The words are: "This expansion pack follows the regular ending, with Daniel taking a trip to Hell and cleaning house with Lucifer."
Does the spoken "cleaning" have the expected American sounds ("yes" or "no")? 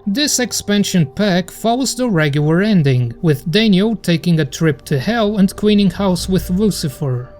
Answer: no